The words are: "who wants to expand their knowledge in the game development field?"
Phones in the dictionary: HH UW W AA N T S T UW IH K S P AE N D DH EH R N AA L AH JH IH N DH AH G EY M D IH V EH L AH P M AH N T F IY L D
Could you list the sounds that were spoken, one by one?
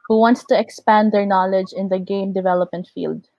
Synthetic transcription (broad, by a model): HH UW W AA N T S T UW IH K S P AE N D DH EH R N AA L AH JH IH N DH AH G EY M D IH V EH L AH P M AH N T F IY L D